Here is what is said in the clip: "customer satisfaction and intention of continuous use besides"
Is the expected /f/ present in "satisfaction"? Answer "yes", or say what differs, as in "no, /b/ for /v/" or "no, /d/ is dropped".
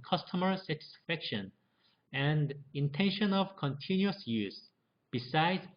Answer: yes